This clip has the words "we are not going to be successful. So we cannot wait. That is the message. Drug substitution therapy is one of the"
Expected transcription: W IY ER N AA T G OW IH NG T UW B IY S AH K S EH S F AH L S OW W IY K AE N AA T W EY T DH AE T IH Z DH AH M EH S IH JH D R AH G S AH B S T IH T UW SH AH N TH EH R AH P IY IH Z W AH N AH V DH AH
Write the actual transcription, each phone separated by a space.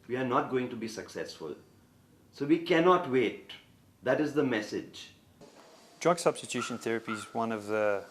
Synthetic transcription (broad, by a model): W IY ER N AA T G OW IH NG T UW B IY S AH K S EH S F AH L S OW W IY K AE N AA T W EY T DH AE T IH Z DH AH M EH S IH JH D R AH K S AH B S T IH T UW SH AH N TH EH R AH P IY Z W AH N AH V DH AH